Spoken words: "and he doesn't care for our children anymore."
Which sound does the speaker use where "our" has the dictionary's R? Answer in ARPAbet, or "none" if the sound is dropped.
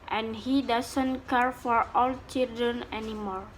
L